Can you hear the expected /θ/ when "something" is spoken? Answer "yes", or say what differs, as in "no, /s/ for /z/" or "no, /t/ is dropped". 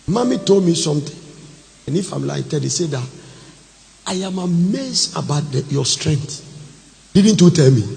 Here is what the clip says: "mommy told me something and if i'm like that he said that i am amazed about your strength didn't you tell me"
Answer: no, /t/ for /θ/